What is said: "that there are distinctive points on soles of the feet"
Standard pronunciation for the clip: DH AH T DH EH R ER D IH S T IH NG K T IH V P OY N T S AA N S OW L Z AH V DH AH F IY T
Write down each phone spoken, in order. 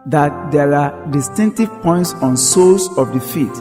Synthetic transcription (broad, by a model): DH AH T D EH R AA D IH S T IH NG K T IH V P OY N T S AA N S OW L S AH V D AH F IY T